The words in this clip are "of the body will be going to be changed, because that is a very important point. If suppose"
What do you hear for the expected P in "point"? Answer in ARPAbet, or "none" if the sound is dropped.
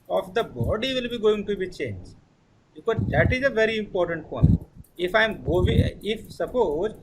F